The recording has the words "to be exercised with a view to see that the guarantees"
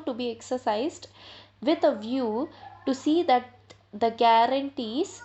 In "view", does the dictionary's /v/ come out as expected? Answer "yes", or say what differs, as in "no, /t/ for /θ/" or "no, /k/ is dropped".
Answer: yes